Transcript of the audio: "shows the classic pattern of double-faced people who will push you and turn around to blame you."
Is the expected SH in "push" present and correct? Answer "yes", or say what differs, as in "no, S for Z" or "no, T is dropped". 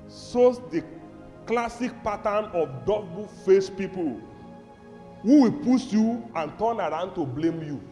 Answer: no, S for SH